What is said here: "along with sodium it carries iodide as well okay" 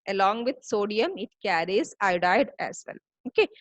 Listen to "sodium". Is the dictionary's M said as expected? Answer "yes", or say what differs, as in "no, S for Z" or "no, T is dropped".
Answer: yes